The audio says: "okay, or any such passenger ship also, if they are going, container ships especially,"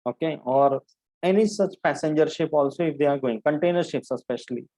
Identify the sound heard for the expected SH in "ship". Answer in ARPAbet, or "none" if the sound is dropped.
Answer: SH